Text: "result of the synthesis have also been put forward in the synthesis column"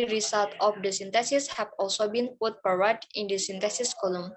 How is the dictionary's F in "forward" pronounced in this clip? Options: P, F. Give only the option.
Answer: P